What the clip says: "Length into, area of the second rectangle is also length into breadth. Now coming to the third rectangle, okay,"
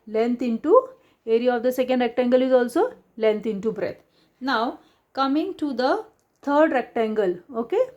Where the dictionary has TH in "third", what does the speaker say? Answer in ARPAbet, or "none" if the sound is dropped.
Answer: T